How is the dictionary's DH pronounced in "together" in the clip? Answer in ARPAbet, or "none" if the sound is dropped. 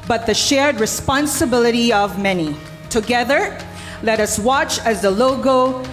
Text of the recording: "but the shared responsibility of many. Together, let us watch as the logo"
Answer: DH